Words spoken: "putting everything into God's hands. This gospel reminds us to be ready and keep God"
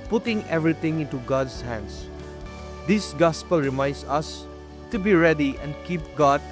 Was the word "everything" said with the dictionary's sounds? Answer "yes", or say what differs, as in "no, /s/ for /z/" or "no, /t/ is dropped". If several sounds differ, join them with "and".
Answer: no, /t/ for /θ/